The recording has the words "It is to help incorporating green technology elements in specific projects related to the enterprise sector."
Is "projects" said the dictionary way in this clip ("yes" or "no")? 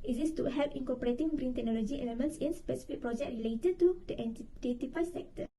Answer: no